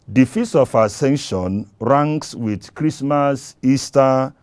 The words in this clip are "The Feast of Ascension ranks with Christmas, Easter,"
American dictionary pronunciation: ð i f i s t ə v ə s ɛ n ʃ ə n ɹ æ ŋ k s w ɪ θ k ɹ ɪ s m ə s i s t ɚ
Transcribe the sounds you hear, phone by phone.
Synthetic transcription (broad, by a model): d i f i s ə f ə s ɛ n ʃ ə n ɹ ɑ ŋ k s w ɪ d k ɹ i s m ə s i s t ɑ